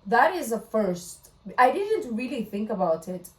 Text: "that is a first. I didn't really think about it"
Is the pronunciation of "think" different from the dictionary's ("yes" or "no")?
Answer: no